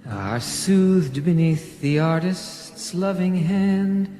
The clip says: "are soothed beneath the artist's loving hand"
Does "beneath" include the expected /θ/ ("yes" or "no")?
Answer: yes